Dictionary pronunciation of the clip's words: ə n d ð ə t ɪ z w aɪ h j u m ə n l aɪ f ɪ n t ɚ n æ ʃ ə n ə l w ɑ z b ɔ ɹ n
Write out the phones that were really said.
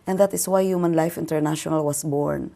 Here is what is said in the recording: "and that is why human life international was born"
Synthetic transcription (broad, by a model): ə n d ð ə t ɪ s w aɪ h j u m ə n l aɪ f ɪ n t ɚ n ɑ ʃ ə n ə l w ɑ s b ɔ ɹ n